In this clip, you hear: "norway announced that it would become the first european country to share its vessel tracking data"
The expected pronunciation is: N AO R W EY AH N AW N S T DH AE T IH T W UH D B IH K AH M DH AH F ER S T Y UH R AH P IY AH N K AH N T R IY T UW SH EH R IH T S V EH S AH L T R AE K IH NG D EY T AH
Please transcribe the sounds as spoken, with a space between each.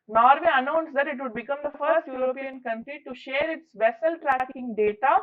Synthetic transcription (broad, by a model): N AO R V EY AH N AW N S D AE T IH T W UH D B IH K AH M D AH F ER S T Y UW R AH P IY AH N K AH N T R IY T UW SH EH R IH T S V EH S AH L T R AE K IH NG D EY T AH